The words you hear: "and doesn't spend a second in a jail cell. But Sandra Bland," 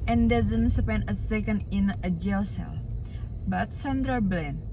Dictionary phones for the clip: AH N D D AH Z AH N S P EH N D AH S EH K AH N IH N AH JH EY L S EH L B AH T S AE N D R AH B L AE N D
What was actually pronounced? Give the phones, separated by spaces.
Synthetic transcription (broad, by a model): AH N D D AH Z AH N S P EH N AH S EH K AH N IH N AH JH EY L S EH L B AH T S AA N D R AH B L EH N